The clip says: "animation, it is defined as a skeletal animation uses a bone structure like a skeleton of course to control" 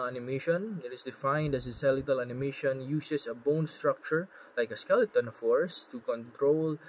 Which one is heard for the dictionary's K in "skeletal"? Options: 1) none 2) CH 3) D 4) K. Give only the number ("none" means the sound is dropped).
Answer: 1